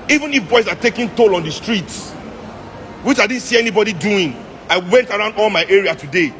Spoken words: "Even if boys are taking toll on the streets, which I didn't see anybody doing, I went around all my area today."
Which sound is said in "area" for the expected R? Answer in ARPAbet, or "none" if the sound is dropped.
R